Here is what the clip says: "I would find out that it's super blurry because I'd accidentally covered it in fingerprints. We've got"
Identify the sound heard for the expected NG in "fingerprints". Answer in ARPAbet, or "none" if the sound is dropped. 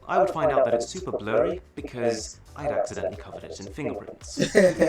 NG